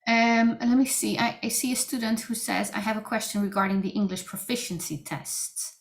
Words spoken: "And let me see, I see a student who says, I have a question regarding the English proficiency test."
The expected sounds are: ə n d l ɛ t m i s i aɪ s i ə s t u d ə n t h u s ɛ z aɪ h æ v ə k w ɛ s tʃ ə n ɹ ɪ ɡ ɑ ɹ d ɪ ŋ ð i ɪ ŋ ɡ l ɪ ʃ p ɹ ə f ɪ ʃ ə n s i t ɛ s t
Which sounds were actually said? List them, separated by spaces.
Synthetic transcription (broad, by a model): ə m l ɛ t m i s i aɪ s i ə s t u d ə n t h u s ɛ z aɪ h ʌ v ə k w ɛ s tʃ ə n ɹ ɪ ɡ ɑ ɹ d ɪ ŋ ð i ɪ ŋ ɡ l ɪ ʃ p ɹ ə f ɪ ʃ ə n s i t ɛ s t